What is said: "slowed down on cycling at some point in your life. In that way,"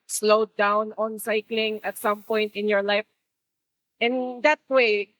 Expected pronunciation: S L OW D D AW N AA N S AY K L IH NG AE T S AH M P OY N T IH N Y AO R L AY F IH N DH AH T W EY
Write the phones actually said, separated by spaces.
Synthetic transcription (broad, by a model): S L OW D D AW N AA N S AY K L IH NG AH T S AH M P OY N T IH N Y AO R L AY F IH N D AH T W EY